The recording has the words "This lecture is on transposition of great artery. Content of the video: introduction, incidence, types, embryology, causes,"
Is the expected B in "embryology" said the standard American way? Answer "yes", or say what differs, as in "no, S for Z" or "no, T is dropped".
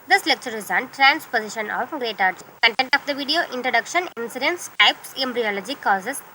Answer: yes